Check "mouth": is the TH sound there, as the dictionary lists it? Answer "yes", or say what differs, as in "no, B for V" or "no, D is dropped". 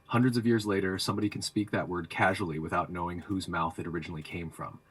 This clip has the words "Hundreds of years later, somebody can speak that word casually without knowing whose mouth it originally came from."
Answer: yes